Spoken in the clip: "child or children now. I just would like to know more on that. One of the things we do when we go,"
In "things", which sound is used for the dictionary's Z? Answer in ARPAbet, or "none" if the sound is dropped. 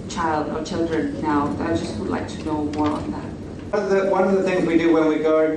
Z